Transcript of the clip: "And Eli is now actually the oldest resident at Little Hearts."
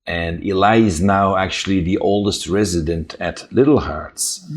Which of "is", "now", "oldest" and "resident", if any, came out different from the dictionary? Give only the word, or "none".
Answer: none